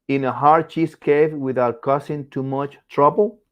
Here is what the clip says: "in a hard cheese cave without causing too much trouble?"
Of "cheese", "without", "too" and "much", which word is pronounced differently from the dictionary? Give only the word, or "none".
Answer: cheese